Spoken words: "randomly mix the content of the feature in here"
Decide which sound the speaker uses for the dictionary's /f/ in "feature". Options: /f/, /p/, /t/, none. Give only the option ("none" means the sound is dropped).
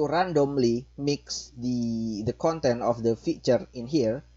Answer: /f/